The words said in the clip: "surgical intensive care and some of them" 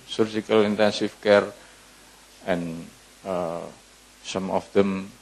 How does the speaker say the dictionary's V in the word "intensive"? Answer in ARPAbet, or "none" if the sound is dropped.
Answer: F